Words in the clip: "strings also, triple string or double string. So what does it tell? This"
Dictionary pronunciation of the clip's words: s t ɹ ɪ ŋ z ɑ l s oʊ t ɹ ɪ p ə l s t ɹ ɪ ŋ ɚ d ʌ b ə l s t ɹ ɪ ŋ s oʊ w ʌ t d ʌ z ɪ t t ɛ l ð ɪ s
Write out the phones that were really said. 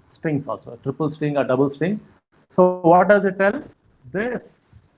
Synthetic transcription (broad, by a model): s t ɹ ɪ ŋ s ɑ l s oʊ t ɹ ɪ p ə l s t ɹ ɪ ŋ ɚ d ʌ b ə l s t ɹ ɪ ŋ s oʊ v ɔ t d ʌ z ɪ t t ɛ l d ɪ s